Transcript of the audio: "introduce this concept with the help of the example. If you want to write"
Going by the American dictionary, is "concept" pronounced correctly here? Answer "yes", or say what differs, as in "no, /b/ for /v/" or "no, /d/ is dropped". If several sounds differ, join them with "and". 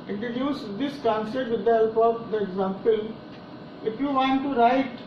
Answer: no, /p/ is dropped